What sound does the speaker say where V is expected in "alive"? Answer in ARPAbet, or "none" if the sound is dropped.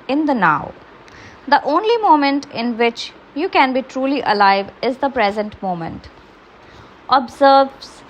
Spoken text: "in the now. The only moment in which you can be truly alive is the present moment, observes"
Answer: V